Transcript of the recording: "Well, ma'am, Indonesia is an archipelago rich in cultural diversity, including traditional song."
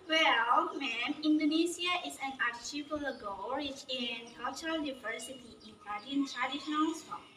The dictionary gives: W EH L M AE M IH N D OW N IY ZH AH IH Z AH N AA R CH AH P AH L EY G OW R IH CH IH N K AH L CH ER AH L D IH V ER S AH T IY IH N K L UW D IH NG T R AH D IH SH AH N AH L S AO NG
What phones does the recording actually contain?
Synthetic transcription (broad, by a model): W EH L M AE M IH N D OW N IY S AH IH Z AH N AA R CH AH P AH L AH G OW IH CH IH N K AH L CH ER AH L D IH V ER S AH T IY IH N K AA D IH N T R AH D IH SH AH AH N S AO